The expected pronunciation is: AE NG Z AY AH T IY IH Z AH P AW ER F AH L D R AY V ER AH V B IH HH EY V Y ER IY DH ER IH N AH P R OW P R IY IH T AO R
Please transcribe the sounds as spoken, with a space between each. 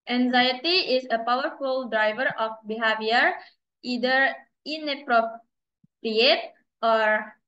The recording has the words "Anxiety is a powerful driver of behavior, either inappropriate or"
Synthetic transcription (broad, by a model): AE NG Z AY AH T IY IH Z AH P AW ER F AH L D R AY V ER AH F B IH HH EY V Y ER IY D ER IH N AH P R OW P R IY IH T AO R